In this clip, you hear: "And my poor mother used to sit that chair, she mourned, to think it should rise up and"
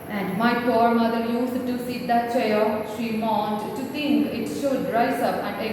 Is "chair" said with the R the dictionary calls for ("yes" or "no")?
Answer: no